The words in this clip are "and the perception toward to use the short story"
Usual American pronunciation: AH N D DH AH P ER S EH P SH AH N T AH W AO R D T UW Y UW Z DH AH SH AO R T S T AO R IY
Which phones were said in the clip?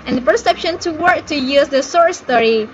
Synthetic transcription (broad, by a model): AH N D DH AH P ER S EH P SH AH N T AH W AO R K T UW Y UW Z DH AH S AO R S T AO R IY